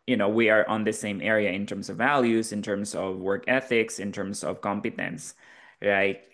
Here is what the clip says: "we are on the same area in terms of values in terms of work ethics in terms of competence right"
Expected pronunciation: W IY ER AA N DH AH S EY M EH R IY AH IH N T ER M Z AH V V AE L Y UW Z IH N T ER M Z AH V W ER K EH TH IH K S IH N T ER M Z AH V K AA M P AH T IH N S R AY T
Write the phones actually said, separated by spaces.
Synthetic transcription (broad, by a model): W IY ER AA N DH AH S EY M EH R IY AH IH N T ER M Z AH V V AE L Y UW Z IH N T ER M Z AH V W ER K EH TH IH K S IH N T ER M Z AH V K AA M P AH T IH N S R AY T